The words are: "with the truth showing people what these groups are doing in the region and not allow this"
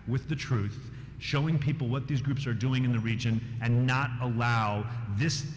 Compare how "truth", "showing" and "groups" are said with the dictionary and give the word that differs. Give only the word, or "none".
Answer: none